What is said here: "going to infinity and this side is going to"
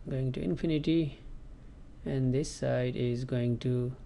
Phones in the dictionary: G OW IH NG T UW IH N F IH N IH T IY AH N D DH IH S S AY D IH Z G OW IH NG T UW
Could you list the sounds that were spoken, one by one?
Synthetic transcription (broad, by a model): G OW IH NG T UW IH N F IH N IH T IY AH N D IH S S AY D IH Z G OW IH NG T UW